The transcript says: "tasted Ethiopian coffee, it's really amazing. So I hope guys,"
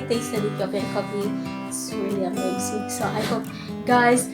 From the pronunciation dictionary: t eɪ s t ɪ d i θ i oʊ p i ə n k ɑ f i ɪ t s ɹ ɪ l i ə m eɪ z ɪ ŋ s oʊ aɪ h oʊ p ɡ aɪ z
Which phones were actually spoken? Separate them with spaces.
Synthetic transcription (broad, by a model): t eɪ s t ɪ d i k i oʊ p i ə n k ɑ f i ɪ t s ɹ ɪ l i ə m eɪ s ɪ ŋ s oʊ aɪ h oʊ p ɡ aɪ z